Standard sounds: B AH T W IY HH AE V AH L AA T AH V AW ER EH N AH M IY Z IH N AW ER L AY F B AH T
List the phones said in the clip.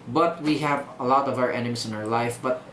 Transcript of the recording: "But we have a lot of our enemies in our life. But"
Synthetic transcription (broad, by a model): B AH T W IY HH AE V AH L AA T AH V AW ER EH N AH M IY S IH N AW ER L AY F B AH T